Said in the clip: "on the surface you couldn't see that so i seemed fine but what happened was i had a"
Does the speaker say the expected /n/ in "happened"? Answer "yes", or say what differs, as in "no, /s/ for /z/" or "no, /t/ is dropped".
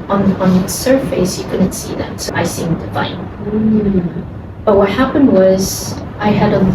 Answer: yes